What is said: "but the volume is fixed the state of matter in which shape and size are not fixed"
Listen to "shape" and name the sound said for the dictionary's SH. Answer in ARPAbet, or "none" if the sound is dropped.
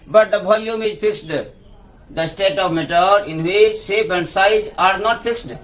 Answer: S